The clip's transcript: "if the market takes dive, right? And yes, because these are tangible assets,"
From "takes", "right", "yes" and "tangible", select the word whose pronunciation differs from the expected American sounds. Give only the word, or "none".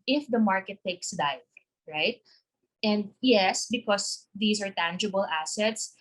none